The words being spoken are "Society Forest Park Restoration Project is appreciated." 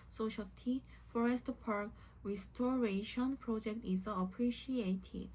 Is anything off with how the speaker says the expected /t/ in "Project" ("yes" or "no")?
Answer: no